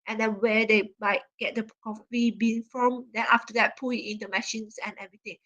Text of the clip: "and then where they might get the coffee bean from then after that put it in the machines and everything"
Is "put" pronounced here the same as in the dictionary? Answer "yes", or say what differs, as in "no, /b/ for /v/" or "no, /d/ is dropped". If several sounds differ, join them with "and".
no, /t/ is dropped